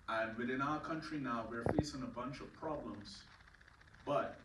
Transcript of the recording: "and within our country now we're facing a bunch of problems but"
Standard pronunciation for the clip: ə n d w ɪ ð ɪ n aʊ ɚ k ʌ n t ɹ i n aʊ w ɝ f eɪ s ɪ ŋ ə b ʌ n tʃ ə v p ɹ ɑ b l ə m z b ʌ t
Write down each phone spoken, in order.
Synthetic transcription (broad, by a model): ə n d w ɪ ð ɪ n aʊ ɚ k ʌ n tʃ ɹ i n aʊ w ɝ f eɪ s ɪ ŋ ə b ʌ n tʃ ə v p ɹ ɑ b l ə m z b ʌ t